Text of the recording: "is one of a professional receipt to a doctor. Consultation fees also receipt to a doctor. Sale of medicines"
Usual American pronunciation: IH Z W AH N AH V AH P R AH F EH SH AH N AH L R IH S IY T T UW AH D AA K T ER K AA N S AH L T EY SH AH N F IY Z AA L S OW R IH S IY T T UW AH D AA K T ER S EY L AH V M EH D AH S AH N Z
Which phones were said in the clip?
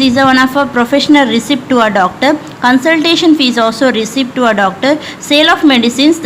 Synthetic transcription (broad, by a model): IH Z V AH N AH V AH P R AH F EH SH AH N AH L R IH S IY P T UW AH D AA K T ER K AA N S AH L T EY SH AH N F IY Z AA L S OW R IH S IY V T UW AH D AA K T ER S EY L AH F M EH D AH S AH N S